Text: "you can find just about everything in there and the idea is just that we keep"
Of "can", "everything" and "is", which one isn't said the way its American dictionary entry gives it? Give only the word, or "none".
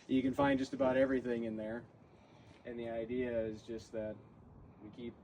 none